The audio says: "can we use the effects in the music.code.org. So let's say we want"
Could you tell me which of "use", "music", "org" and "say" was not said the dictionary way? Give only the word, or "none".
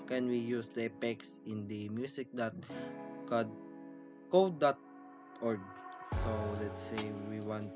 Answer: music